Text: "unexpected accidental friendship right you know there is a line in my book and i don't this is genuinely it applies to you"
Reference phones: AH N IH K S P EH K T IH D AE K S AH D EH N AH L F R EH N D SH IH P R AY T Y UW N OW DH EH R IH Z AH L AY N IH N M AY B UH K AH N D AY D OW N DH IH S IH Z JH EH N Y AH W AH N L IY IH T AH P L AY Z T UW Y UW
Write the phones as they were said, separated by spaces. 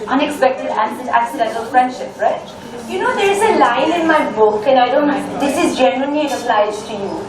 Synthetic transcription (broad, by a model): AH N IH K S P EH K T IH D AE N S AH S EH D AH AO F R EH N D SH IH P R AY T Y UW N OW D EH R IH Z AH L AY L IH N M AY B UH K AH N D AY D OW N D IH S IH Z JH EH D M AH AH N IY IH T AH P L AY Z T UW Y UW